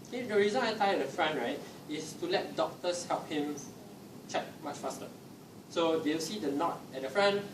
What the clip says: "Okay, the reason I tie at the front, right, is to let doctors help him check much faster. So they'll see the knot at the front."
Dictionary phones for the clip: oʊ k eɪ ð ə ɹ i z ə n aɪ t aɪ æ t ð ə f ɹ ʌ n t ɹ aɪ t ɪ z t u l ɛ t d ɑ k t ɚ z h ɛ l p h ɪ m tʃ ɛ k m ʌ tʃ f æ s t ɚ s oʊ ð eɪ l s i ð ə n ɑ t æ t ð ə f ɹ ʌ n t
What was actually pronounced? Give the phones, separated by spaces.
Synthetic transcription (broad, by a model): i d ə ɹ i z ə n aɪ t aɪ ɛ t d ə f ɹ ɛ n ɹ aɪ t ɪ s t u l ɛ t d ɑ k t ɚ s h ɛ l p h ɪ m tʃ ɛ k m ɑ tʃ f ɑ s t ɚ s oʊ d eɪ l s i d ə n ɑ t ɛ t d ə f ɹ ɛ n